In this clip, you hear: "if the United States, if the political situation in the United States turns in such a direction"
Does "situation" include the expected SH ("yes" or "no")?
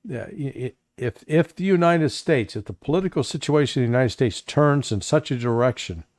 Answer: no